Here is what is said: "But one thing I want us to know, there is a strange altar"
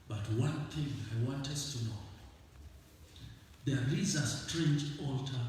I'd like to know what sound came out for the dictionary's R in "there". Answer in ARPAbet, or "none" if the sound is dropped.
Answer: L